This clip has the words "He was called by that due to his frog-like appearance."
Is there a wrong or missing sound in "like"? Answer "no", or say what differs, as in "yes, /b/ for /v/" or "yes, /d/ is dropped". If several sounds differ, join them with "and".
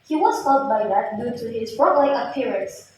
yes, /k/ is dropped